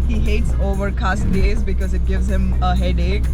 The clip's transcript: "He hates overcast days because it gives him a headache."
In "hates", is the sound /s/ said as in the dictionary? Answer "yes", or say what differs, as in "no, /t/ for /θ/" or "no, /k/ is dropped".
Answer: yes